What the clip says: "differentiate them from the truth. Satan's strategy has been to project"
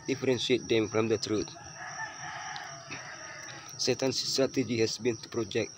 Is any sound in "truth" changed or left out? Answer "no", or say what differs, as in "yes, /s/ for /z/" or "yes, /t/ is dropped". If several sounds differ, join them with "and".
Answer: yes, /t/ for /θ/